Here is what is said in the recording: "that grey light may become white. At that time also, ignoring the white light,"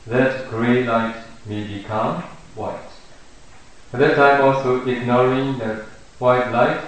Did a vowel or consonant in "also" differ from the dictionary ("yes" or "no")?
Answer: no